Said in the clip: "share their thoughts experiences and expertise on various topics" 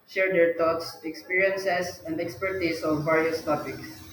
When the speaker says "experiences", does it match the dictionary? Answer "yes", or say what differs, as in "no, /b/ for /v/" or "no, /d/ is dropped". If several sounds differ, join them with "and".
no, /s/ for /z/